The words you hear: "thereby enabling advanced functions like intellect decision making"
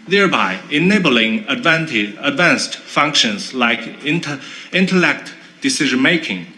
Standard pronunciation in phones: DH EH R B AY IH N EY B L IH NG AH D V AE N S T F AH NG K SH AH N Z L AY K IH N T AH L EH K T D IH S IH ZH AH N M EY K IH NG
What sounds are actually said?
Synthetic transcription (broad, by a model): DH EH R B AY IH N EY B L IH NG AH D V AE N S T F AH NG K SH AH N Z L AY K IH N T AH L EH K T D IH S IH ZH AH N M EY K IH NG